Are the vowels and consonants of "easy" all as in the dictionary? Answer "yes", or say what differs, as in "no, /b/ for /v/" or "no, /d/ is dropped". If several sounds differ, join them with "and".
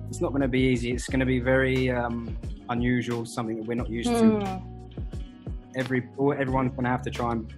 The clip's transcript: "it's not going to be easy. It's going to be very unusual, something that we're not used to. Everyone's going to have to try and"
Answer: yes